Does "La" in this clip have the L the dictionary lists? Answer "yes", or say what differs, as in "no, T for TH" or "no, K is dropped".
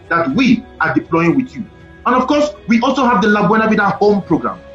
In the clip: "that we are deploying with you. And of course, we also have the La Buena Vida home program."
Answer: yes